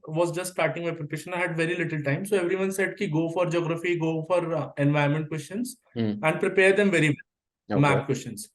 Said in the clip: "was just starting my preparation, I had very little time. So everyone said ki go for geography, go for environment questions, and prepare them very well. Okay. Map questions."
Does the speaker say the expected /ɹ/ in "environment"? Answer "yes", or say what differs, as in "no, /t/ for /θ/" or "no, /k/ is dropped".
no, /ɹ/ is dropped